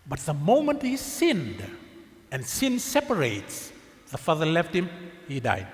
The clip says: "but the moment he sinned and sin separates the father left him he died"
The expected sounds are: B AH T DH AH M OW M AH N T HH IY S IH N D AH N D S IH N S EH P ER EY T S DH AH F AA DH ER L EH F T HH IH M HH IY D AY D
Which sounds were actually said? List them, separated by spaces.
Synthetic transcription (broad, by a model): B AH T DH AH M OW M AH N T HH IY S IH N D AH N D S IH N S EH P ER EY T S DH AH F AA DH ER L EH F T HH IH M HH IY D AY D